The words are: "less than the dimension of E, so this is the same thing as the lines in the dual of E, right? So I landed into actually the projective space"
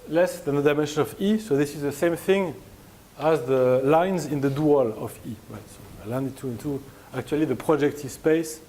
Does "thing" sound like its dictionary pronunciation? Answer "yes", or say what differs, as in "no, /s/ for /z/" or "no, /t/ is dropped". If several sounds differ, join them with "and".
yes